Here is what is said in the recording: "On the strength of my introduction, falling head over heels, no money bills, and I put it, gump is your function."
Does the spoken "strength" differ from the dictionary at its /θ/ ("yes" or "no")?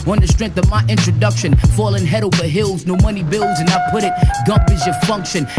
no